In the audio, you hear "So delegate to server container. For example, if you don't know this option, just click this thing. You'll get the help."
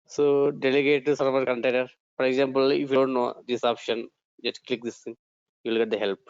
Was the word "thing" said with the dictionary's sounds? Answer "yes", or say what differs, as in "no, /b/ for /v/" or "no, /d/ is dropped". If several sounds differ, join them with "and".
no, /t/ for /θ/